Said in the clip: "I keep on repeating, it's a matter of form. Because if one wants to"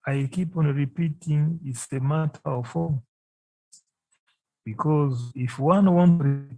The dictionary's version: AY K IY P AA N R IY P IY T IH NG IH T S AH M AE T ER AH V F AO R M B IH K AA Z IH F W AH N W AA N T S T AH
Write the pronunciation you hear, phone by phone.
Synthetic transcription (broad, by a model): AY K IY P AA N R IY P IY T IH NG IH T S AH M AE T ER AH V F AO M B IH K AA Z IH F W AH N W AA N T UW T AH